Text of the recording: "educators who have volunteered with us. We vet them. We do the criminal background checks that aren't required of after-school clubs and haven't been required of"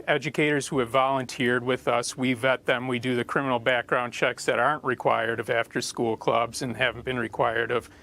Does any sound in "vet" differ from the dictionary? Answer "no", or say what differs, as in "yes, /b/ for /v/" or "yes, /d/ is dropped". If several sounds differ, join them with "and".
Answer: no